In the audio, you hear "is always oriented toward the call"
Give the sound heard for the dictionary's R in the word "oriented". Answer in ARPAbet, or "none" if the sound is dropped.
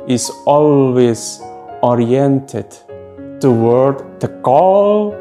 R